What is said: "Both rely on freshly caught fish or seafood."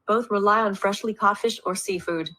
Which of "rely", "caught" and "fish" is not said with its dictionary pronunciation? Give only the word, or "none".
none